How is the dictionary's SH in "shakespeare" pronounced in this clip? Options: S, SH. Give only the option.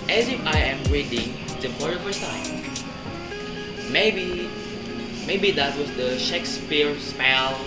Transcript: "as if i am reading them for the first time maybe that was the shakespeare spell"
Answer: SH